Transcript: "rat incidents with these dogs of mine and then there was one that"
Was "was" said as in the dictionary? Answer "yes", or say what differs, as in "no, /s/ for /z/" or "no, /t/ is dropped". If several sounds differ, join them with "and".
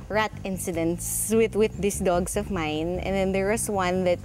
no, /s/ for /z/